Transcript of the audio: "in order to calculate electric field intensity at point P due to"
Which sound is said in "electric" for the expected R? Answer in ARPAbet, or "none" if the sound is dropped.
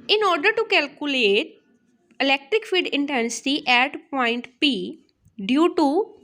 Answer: R